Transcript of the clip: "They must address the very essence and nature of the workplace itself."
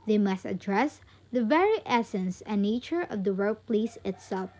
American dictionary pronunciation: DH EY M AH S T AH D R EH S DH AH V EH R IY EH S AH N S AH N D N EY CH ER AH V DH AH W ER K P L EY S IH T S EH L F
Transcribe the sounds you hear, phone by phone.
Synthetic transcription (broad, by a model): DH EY M AH S T AH D R EH S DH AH V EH R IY EH S AH N S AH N N EY CH ER AH V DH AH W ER P L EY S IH T S EH L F